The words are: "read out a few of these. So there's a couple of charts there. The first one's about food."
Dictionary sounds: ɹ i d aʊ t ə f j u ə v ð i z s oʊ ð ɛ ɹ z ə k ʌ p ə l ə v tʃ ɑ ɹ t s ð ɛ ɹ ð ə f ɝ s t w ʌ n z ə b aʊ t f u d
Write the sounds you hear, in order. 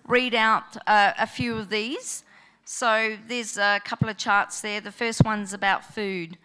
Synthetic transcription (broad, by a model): ɹ i d aʊ t ə f j u ə v ð i z s oʊ ð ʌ ɹ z ə k ʌ p l ə v tʃ ɑ ɹ t s ð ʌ ɹ ð ə f ɝ s t w ʌ n z ə b aʊ t f u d